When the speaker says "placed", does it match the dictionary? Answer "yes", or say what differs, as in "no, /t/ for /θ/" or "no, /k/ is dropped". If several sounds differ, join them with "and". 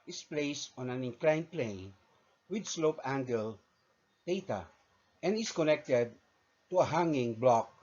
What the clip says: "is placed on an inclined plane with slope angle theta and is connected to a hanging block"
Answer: yes